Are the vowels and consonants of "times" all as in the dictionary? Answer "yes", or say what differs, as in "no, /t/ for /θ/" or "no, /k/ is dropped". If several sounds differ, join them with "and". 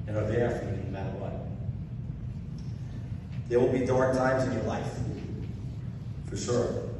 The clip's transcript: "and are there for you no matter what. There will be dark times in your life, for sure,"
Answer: yes